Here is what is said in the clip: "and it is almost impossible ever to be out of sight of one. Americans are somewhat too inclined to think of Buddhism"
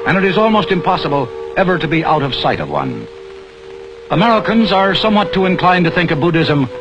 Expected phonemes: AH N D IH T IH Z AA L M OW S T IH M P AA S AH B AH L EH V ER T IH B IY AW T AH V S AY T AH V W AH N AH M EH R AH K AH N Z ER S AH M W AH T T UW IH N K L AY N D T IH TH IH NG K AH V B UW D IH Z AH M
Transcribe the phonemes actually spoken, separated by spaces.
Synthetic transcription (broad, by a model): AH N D IH T IH Z AA L M OW S T IH M P AA S AH B AH L EH V ER T IH B IY AW T AH V S AY T AH V W AH N AH M EH R AH K AH N Z ER S AH M W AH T T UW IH N K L AY N T IH TH IH NG K AH V B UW D IH Z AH M